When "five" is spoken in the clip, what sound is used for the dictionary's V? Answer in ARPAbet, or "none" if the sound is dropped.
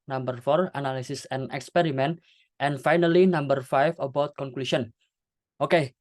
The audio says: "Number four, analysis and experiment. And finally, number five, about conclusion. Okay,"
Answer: F